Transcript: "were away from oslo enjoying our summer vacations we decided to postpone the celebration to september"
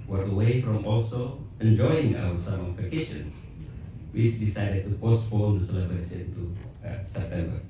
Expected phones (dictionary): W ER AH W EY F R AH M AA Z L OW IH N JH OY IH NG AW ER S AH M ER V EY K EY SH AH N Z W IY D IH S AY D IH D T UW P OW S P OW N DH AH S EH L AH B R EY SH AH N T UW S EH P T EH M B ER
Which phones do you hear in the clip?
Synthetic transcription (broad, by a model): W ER AH W EY F R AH M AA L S OW IH N JH OY IH NG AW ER S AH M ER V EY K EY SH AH N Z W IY D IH S AY D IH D T UW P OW S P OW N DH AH S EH L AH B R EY S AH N T UW S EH P T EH M B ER